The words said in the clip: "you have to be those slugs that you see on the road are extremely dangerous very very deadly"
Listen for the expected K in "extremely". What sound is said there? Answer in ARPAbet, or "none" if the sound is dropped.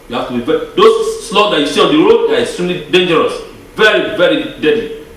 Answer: none